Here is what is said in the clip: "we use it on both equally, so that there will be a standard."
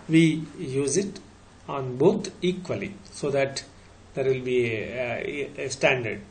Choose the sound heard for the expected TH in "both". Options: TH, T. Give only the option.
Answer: T